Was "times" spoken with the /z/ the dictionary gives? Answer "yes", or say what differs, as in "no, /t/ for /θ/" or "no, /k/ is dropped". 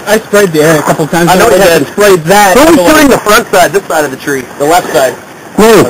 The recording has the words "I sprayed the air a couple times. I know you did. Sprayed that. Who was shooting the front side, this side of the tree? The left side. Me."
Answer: no, /z/ is dropped